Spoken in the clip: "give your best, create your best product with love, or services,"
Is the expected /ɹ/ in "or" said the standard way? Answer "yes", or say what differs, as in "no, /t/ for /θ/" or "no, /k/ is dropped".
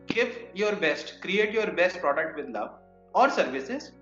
yes